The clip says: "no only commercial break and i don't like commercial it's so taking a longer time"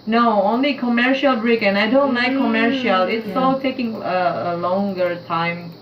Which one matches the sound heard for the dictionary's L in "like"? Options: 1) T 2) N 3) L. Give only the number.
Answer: 2